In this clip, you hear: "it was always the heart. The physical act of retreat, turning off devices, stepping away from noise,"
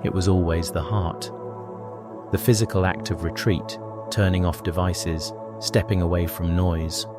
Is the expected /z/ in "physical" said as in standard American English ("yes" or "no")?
yes